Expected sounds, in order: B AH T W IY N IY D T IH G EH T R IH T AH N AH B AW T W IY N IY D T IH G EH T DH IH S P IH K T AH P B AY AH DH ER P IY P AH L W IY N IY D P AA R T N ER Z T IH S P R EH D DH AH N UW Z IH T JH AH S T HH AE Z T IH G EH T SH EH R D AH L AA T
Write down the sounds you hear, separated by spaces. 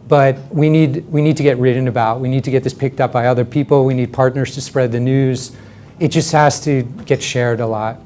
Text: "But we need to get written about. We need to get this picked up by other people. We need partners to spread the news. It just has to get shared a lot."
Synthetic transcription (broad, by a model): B AH T W IY N IY D T IH G EH T R IH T N AH B AW T W IY N IY D T IH G EH T DH IH S P IH K T AH P B AY AH DH ER P IY P L W IY N IY D P AA R T N ER Z T IH S P R EH D DH AH N UW Z IH T JH AH S T HH AE Z T IH G EH T SH EH R D AH L AA T